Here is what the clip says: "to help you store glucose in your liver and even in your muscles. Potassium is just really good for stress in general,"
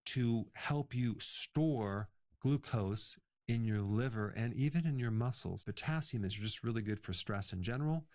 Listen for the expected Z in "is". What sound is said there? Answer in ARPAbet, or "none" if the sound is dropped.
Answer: Z